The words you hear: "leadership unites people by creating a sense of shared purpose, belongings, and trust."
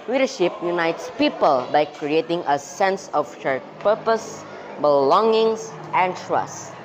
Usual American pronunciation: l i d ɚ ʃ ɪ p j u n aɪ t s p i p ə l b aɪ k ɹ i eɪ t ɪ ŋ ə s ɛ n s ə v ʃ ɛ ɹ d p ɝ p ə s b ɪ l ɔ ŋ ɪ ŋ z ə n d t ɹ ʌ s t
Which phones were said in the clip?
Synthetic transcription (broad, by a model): l i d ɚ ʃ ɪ p j u n aɪ t s p i p ə l b aɪ k ɹ i eɪ t ɪ ŋ ə s ɛ n s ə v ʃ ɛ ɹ p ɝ p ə s b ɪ l ɔ ŋ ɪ ŋ s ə n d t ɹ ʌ s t